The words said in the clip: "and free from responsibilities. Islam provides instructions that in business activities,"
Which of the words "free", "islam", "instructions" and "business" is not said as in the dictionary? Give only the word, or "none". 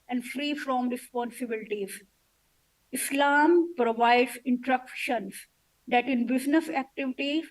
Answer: instructions